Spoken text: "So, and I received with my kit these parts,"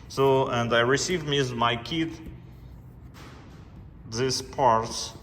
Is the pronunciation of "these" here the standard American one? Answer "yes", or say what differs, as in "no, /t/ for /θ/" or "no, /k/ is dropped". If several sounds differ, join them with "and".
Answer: no, /s/ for /z/